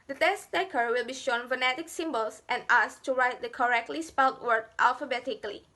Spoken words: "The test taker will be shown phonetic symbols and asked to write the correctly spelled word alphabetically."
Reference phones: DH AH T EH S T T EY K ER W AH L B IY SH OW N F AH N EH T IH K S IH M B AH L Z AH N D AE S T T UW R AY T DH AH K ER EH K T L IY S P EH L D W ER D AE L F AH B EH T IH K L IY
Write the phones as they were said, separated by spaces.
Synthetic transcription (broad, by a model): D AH T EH S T T EY K ER W AH L B IY SH OW N F AH N EH T IH K S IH M B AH L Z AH N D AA S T T UW R AY T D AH K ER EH K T L IY S P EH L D W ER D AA L F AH B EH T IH K L IY